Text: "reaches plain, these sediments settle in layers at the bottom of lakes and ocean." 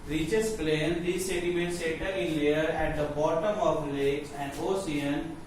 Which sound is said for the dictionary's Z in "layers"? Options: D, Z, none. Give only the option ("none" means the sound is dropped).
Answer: none